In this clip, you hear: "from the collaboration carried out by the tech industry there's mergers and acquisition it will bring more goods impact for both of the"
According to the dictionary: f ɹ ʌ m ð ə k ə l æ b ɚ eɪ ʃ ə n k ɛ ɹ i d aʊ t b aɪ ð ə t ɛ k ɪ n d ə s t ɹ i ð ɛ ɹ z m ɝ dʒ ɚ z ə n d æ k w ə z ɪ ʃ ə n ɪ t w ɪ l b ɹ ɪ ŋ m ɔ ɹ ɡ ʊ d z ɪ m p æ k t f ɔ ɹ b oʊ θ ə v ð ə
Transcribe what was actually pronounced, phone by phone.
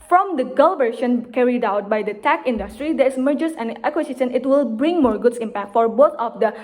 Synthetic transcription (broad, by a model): f ɹ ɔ m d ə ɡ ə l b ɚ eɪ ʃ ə n k ɛ ɹ i d aʊ t b aɪ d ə t ɛ k ɪ n d ə s t ɹ i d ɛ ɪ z m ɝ dʒ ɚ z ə n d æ k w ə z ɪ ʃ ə n ɪ t w ɪ l b ɹ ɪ ŋ m ɔ ɹ ɡ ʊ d s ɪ m p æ k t f ɔ ɹ b oʊ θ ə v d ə